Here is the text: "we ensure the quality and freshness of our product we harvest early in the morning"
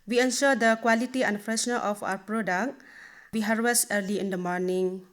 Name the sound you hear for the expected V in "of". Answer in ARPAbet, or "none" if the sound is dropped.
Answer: P